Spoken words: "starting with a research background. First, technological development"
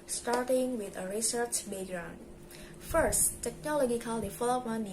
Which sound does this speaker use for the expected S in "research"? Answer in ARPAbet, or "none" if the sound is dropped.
S